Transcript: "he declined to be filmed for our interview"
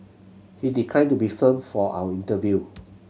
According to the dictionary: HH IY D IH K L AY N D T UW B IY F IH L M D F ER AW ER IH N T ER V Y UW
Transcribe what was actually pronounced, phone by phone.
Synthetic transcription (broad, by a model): HH IY D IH K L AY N T UW B IY F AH M F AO AW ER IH N T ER V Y UW